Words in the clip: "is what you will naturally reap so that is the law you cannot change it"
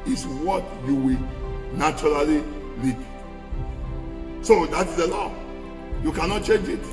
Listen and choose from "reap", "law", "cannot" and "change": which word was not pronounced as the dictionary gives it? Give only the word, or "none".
reap